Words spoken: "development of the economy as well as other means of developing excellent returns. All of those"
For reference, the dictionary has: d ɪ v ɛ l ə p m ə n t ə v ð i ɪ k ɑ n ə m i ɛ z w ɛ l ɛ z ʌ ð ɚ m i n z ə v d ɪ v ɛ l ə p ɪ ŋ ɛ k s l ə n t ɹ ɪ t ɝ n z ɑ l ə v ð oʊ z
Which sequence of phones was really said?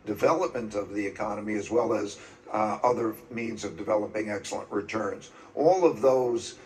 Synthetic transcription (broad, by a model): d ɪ v ɛ l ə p m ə n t ə v ð i ɪ k ɑ n ə m i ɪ z w ɛ l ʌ z ʌ ð ɚ m i n z ə v d ɪ v ɛ l ə p ɪ ŋ ɛ k s l ə n t ɹ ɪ t ɝ n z ɑ l ə v ð oʊ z